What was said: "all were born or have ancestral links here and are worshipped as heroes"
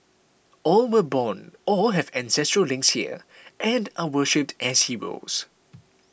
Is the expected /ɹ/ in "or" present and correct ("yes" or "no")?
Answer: no